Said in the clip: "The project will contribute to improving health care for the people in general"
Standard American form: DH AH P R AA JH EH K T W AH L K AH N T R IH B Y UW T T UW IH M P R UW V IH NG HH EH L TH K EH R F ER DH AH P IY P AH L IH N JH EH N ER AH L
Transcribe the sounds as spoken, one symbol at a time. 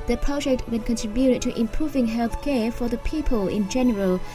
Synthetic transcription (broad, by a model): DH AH P R AA JH EH K T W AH N K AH N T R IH B Y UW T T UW IH M P R UW V IH NG HH EH L TH K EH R F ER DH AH P IY P AH L IH N JH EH N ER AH L